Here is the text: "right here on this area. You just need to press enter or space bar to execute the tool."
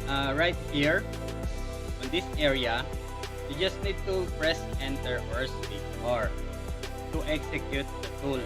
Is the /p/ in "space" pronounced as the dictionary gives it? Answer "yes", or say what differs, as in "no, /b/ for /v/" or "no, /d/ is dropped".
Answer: no, /p/ is dropped